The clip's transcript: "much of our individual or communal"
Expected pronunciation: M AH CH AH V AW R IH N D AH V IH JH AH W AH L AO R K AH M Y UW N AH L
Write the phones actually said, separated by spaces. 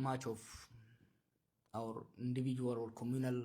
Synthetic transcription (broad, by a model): M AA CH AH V AW R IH N D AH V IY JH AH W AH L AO L K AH M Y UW N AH L